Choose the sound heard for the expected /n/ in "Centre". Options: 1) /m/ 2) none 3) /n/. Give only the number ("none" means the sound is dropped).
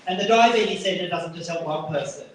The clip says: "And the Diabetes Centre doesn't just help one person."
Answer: 2